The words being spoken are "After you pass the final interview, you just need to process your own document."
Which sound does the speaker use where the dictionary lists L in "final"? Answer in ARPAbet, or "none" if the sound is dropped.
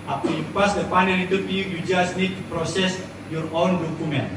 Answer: N